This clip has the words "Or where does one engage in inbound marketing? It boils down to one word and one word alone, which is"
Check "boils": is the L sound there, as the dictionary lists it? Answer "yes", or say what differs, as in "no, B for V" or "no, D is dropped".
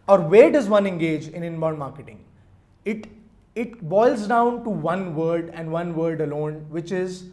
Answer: yes